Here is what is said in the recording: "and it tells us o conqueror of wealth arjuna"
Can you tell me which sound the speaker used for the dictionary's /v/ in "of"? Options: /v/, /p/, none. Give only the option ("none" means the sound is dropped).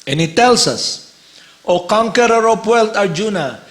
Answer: /p/